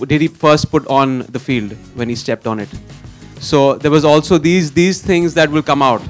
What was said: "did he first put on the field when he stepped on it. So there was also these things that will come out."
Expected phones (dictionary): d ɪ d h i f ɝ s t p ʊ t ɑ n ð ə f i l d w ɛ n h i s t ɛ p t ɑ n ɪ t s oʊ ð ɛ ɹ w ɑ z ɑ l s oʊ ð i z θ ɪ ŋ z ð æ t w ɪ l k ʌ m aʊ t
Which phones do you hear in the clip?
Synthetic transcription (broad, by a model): d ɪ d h i f ɝ s t p ʊ t ɑ n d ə f i l d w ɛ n h i s t ɛ p t ɑ n ɪ t s oʊ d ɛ ɹ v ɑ z ɑ l s oʊ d i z t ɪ ŋ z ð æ t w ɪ l k ʌ m aʊ t